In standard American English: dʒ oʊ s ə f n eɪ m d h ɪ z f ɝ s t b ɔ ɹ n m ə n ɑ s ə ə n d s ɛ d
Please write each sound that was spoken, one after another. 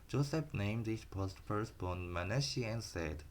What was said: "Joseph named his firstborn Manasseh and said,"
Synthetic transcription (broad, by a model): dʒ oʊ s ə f n eɪ m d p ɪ s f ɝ s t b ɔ n m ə n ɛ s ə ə n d s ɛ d